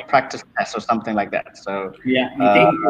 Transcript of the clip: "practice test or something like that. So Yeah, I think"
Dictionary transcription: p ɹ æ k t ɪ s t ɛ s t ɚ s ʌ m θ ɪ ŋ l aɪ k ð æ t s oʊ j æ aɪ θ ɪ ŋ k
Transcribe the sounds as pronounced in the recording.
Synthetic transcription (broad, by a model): p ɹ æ k t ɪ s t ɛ s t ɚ s ʌ m θ ɪ ŋ l aɪ k ð æ t s oʊ j æ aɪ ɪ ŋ